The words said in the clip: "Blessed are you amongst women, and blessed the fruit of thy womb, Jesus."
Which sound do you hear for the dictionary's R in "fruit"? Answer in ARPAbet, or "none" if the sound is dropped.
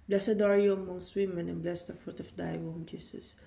R